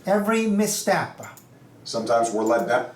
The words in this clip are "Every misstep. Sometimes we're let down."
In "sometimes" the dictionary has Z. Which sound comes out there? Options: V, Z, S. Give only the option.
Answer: Z